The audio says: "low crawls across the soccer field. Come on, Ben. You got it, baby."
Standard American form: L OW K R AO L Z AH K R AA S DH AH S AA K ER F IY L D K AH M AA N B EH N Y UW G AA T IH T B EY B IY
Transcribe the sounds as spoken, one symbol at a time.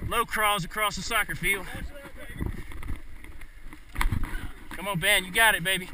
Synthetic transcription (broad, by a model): L OW K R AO Z AH K R AA S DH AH S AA K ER F IY L D K AH M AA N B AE N Y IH G AA T IH T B EY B IY